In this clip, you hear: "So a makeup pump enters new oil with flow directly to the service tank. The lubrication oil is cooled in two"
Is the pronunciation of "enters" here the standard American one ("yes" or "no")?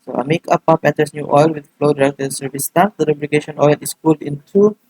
no